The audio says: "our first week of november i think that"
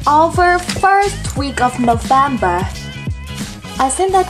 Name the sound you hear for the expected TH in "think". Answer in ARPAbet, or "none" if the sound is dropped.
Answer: S